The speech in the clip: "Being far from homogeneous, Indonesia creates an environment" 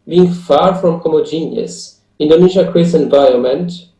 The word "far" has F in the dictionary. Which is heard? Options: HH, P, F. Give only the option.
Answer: F